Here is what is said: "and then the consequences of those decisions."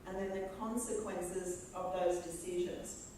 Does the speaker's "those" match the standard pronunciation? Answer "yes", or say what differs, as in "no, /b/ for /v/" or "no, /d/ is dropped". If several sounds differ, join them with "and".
yes